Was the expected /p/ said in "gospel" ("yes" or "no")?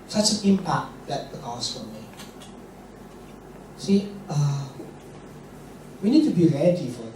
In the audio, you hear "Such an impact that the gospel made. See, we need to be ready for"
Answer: no